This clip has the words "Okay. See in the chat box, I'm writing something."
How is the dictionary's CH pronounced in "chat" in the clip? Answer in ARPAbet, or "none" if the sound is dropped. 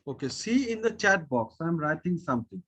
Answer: CH